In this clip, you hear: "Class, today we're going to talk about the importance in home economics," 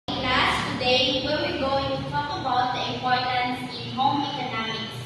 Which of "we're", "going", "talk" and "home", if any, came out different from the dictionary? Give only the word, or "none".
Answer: we're